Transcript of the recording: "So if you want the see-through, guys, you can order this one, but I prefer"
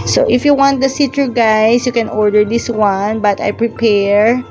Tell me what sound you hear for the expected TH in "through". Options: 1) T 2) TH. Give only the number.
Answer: 1